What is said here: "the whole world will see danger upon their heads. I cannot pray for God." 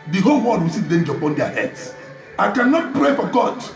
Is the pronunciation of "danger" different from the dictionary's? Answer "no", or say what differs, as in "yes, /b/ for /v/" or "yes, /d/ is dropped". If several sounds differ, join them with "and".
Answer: no